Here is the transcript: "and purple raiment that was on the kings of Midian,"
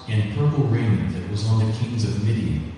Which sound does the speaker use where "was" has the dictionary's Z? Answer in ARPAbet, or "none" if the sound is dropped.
Z